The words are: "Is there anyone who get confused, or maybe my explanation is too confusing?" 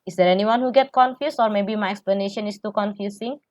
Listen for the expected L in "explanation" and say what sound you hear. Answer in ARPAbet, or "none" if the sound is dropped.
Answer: L